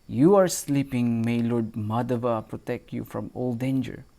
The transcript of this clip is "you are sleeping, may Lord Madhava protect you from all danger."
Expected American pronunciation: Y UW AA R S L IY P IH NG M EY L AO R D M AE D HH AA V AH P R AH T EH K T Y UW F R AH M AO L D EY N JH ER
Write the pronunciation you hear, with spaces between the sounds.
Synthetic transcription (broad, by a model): Y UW AA R S L IY P IH NG M EY L AO R D M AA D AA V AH P R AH T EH K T Y UW F R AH M AO L D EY N JH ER